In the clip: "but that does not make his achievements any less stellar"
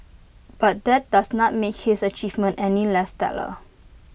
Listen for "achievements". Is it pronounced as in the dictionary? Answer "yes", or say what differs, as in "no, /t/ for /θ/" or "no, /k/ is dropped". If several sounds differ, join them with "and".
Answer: no, /s/ is dropped